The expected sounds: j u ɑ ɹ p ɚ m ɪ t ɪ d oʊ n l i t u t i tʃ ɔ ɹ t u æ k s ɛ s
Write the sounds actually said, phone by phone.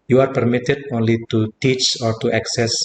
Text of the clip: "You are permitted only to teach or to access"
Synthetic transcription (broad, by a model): j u ɑ ɹ p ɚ m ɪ t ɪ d oʊ n l i t u t i tʃ ɔ ɹ t u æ k s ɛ s